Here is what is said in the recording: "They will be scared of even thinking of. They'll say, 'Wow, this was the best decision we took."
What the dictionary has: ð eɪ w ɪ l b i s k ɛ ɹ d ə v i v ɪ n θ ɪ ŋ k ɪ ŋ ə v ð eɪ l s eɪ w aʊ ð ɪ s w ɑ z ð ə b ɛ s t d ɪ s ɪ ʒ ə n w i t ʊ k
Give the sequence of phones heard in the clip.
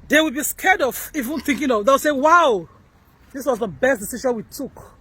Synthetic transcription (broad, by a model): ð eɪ w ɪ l b i s k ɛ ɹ d ə v i v ɪ n θ ɪ ŋ k ɪ ŋ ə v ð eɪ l s eɪ w aʊ ð ɪ s w ɑ z ð ə b ɛ s t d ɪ s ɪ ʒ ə n w i t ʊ k